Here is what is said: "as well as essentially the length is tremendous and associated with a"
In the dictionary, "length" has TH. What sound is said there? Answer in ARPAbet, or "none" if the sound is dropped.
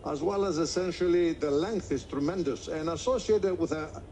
TH